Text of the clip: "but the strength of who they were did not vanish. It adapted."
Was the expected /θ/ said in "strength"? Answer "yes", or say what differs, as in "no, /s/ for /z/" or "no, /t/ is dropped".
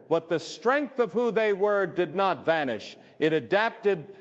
yes